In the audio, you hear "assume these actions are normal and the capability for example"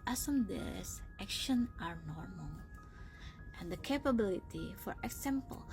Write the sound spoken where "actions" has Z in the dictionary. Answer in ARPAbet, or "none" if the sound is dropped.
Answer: none